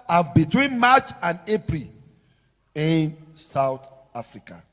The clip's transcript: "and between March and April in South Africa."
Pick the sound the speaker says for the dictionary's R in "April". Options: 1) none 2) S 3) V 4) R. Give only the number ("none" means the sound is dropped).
4